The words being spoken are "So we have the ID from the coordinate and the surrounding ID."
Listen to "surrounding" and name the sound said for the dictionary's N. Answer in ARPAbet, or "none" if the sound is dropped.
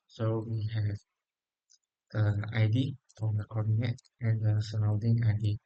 none